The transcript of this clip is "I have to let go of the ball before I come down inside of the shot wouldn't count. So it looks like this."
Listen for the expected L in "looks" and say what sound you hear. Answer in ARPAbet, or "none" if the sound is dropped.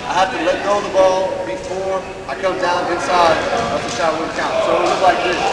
W